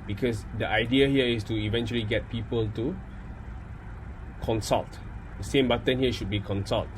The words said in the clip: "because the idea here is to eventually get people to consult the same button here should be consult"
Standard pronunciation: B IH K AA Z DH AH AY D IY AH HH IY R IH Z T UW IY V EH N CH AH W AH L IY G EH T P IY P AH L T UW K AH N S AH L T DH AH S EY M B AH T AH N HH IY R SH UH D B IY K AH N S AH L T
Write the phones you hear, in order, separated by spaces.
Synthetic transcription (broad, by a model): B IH K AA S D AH AY D IY AH HH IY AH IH S T UW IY V EH N CH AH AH L IY G EH T P IY P AH L T UW K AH N S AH L T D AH S EY M B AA T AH N HH IY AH SH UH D B IY K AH N S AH L T